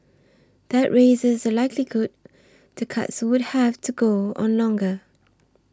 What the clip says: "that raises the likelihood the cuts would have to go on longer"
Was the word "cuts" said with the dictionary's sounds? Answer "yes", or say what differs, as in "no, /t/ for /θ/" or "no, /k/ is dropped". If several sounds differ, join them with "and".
yes